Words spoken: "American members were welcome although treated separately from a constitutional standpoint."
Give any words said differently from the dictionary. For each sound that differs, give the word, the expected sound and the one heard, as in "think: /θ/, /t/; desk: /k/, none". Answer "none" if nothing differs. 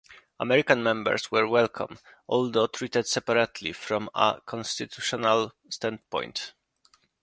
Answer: members: /z/, /s/